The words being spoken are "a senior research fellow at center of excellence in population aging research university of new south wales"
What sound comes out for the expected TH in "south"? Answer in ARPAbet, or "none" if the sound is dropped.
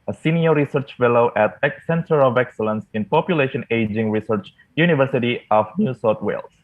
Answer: T